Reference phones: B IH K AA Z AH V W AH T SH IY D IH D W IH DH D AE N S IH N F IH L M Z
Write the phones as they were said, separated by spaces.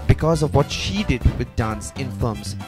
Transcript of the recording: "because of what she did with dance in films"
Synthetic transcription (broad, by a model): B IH K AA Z AH V W AH T SH IY D IH D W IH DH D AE N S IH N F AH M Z